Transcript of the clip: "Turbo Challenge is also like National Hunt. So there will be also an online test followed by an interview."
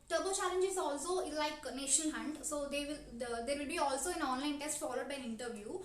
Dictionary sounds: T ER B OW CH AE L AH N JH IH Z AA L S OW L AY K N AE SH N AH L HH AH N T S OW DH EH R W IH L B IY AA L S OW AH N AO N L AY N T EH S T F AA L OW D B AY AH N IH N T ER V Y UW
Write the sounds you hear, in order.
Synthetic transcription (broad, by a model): T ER B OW CH AE L AH N JH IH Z AA L S OW L AY K N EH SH AH N HH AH N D S OW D EH R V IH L B IY AA L S OW AH N AO N L AY N T EH S T F AA L OW D B AY AH N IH N T ER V Y UW